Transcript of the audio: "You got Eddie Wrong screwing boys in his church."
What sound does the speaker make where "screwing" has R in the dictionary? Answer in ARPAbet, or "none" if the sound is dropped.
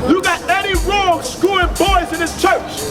none